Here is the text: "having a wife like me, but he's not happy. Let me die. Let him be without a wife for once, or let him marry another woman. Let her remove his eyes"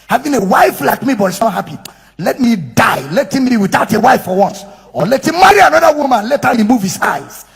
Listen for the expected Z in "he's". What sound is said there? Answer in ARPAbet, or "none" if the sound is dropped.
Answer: S